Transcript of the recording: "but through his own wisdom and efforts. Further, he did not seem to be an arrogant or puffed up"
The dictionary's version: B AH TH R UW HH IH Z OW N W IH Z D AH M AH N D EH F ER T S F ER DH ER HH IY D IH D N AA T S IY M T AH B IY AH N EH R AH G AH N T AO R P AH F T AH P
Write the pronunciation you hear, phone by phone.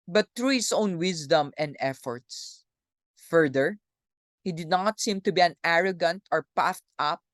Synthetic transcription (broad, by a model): B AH T R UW HH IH S OW N W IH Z D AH M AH N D EH F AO T S F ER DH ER HH IY D IH D N AA T S IY M T AH B IY AH N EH R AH G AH N T AO R P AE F T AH P